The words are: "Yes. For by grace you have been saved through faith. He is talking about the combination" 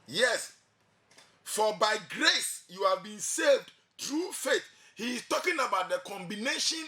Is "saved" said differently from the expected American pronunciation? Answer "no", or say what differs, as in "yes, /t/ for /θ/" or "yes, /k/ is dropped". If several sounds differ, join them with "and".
no